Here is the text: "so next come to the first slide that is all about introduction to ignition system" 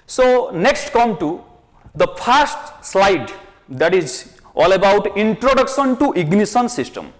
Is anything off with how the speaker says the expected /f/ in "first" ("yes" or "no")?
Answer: yes